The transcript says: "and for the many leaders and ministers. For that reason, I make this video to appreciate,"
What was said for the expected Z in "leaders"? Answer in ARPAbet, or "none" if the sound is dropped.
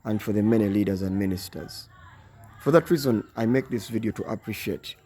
Z